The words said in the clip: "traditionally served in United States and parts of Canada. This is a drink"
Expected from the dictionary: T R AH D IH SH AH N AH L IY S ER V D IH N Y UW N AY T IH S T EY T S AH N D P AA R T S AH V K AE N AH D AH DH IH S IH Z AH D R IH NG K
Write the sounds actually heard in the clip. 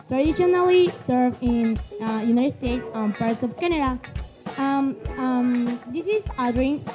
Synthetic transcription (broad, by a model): T R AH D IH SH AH N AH L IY S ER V IH N Y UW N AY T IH S T EY T S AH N P AA R T S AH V K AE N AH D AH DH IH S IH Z AH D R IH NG